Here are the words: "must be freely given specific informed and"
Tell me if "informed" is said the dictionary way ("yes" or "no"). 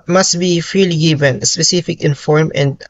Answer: no